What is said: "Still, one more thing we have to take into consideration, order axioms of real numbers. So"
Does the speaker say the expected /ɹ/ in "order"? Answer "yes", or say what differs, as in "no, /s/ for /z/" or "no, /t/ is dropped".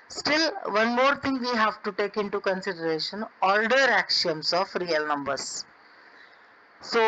no, /l/ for /ɹ/